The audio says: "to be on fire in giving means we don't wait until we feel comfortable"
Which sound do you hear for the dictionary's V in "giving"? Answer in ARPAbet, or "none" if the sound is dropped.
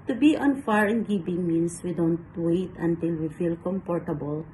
B